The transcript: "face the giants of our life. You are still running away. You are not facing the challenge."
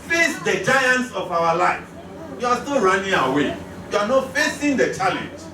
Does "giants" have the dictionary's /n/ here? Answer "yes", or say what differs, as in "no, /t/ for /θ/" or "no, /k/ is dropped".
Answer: yes